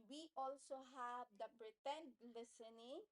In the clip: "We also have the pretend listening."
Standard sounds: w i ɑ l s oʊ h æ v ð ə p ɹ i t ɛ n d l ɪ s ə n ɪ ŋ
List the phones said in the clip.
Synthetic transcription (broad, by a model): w i ɑ l s oʊ h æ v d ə b ɹ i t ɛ n l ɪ s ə n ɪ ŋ